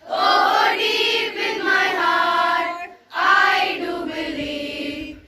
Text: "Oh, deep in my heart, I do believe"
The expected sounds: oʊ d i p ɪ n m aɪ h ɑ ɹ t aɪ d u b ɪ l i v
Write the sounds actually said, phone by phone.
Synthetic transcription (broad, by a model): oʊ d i b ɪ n m aɪ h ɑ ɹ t aɪ d u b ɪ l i